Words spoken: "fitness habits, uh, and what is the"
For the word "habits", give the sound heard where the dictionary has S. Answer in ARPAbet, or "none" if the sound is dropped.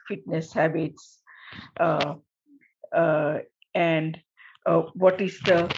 S